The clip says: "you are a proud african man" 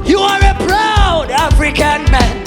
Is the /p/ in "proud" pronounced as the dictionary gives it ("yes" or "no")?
no